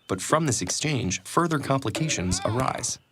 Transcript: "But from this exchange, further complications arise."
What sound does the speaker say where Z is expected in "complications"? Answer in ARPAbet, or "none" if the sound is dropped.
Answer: Z